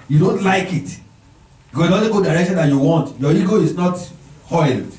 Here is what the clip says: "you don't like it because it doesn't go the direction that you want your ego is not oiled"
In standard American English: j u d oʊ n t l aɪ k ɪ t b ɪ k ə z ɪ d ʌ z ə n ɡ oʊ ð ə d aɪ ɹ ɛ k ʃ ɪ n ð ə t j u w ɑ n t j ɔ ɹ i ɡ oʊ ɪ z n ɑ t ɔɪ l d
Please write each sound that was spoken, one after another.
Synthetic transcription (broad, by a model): j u d oʊ n t l aɪ k ɪ t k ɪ ə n ɪ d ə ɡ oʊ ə d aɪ ɹ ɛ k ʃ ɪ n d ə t j u w ɑ n t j ɔ i ɡ oʊ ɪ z n ɑ t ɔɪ l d